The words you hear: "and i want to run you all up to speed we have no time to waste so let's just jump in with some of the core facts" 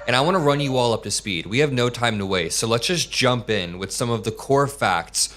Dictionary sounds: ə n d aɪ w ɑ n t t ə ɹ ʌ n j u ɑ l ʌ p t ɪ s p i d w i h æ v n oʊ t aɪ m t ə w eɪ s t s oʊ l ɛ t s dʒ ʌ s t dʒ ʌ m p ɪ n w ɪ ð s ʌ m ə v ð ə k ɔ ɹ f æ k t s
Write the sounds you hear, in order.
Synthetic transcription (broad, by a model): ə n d aɪ w ɑ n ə ɹ ʌ n j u ɑ l ʌ p t ɪ s p i d w i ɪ v n oʊ t aɪ m t ə w eɪ t s oʊ l ɛ t s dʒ ʌ s dʒ ʌ m p ɪ n w ɪ ð s ʌ m ə v ð ə k ɔ ɹ f æ k t s